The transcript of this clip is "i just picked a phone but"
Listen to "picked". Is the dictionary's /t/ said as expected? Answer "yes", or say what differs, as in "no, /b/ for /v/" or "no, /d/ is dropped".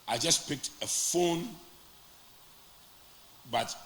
yes